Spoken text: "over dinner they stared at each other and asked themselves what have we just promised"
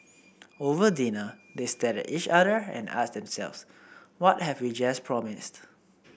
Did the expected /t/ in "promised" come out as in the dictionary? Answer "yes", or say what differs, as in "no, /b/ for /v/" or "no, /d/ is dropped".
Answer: yes